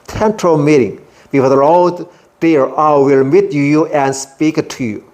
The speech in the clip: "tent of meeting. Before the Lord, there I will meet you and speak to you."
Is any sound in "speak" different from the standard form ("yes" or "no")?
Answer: no